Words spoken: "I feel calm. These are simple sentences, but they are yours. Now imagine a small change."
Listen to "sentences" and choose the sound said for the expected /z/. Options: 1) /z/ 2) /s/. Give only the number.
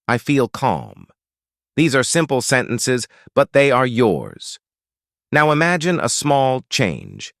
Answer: 1